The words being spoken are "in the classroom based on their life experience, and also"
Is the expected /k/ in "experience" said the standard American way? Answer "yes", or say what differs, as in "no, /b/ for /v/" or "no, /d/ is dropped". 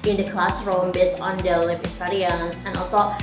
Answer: no, /k/ is dropped